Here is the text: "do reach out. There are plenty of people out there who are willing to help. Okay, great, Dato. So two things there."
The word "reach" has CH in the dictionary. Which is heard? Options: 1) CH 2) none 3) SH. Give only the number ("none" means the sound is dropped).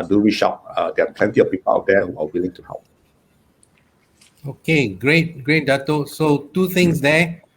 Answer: 3